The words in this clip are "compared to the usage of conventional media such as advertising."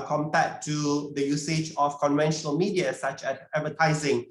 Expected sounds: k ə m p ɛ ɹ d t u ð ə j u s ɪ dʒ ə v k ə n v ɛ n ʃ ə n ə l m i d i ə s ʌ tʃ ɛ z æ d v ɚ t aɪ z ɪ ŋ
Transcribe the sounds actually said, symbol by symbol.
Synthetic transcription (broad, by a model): k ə m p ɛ t u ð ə j u s ɪ dʒ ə f k ə n v ɛ n ʃ ə n ə l m i d i ə s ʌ tʃ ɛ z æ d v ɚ t aɪ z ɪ ŋ